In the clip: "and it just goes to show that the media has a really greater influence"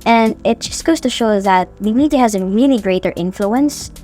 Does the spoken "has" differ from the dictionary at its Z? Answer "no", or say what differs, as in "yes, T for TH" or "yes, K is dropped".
no